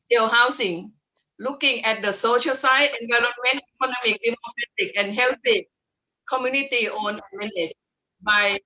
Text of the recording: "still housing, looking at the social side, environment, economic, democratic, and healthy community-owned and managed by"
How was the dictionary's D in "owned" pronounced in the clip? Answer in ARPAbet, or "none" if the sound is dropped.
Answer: none